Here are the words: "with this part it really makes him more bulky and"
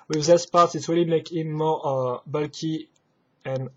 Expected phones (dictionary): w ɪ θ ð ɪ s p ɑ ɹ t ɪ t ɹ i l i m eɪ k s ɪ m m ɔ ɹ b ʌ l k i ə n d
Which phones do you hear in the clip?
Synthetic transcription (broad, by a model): w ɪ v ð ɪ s p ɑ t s ɪ t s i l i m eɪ k ɪ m m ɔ b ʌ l k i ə n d